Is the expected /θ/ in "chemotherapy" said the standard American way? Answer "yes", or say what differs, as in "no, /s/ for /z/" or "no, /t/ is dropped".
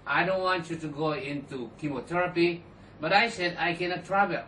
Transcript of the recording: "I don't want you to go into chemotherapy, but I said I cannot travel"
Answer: no, /t/ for /θ/